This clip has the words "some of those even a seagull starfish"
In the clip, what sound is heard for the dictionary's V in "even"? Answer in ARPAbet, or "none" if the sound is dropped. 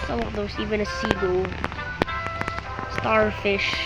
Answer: V